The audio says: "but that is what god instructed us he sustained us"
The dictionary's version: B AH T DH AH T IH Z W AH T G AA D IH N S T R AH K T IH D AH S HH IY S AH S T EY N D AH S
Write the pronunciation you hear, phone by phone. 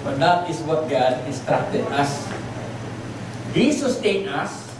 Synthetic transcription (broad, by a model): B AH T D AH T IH S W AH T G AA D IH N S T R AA T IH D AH S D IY S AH S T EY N AH S